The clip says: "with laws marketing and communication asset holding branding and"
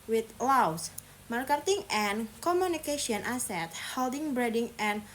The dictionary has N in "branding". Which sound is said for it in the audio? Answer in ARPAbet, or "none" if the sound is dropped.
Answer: none